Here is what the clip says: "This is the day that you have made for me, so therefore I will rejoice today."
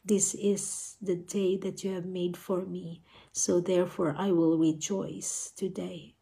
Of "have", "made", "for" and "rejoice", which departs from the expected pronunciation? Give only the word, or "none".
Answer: none